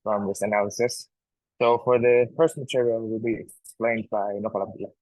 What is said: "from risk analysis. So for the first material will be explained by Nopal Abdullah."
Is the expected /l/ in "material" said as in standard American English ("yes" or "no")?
yes